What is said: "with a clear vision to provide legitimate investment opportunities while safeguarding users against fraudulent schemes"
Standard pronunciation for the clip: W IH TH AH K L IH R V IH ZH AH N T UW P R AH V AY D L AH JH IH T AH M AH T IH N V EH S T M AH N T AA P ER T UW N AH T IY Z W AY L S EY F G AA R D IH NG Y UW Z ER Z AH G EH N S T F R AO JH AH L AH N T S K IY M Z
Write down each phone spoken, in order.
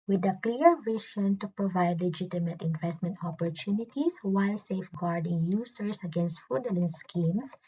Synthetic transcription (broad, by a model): W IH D AH K L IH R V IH SH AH N T UW P R AH V AY D L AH JH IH T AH M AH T IH N V EH S T M AH N T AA P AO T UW N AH T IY S W AY L S EY F G AA R D IH NG Y UW S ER S AH G EH N S T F UW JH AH L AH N S K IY M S